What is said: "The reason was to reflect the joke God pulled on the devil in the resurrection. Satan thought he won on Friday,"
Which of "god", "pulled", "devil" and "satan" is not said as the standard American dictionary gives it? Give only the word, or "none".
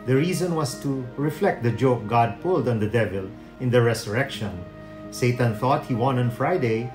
none